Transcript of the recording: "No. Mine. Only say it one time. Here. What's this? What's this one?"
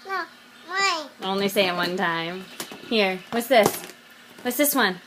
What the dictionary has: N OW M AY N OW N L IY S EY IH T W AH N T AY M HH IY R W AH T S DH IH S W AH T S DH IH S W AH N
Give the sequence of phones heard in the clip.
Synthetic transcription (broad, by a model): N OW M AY OW N L IY S EY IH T W AH N T AY M HH IY R W AH T S DH IH S W AH T S DH IH S W AH N